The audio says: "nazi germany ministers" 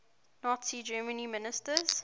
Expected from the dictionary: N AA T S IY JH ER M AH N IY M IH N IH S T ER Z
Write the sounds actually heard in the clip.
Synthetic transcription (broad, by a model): N AA T S IY JH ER M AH N IY M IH N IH S T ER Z